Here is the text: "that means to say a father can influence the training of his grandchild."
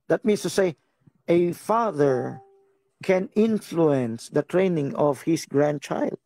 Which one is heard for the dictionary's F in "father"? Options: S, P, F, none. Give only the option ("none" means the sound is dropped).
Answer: F